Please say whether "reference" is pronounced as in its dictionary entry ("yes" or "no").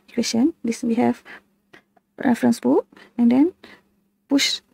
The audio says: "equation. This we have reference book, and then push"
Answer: yes